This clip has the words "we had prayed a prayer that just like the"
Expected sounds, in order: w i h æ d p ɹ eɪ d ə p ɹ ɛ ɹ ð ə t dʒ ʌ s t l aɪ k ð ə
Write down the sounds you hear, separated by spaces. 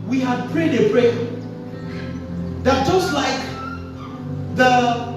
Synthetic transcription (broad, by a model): w i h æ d p ɹ eɪ d ə b ɹ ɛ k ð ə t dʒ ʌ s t l aɪ k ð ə